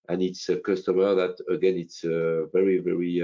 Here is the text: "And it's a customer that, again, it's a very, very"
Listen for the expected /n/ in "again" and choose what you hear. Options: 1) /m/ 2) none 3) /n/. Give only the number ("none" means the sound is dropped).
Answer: 3